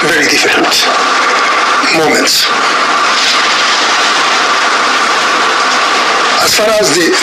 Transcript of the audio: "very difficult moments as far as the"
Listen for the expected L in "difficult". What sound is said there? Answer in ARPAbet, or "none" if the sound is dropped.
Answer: N